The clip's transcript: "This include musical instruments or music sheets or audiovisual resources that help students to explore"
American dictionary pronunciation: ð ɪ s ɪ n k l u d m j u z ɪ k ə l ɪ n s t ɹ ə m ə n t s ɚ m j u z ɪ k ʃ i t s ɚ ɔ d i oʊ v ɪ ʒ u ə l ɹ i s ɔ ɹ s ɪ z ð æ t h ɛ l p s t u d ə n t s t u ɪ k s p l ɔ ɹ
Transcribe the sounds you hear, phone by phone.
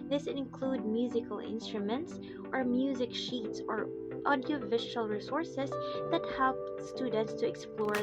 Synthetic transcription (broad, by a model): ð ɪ s ɪ n k l u d m j u z ɪ k ə l ɪ n s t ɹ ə m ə n t s ɚ m j u z ɪ k ʃ i t s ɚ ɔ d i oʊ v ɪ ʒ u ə l ɹ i s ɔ ɹ s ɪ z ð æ t h ɛ l p s t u d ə n t s t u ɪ k s p l ɔ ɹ